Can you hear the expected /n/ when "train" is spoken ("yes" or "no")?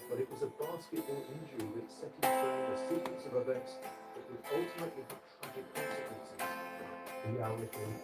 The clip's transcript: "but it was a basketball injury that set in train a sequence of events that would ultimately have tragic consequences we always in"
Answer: no